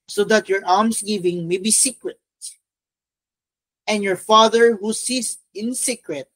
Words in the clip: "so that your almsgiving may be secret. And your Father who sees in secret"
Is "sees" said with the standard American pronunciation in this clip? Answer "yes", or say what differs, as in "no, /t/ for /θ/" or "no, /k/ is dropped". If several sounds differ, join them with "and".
no, /s/ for /z/